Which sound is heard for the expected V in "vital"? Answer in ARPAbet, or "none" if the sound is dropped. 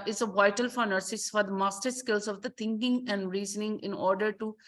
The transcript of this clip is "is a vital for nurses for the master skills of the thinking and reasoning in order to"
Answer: V